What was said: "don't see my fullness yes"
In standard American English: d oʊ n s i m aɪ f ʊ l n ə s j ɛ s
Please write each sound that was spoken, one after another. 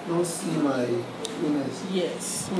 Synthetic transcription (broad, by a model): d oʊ s i m aɪ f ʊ n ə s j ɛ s